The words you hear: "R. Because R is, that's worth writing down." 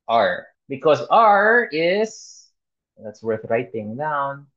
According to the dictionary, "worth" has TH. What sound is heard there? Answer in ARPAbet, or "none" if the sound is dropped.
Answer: TH